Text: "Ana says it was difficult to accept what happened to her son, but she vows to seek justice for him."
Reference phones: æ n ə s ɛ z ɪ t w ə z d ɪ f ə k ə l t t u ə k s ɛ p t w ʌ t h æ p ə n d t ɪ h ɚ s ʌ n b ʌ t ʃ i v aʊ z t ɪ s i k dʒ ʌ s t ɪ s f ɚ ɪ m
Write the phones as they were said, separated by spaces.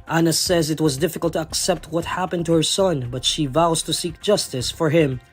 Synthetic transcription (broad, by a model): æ n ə s ɛ z ɪ t w ə z d ɪ f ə k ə l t t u ə k s ɛ p t w ʌ t h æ p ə n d t ɪ h ɚ s ʌ n b ʌ t ʃ i v aʊ z t ɪ s i k dʒ ʌ s t ɪ s f ɚ ɪ m